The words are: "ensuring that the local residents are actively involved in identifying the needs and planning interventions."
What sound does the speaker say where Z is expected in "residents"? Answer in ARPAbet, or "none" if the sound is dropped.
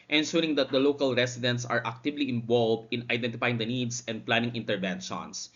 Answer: S